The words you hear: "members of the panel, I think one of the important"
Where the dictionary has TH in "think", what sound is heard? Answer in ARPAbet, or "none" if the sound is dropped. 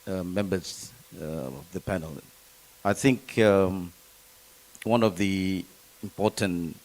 TH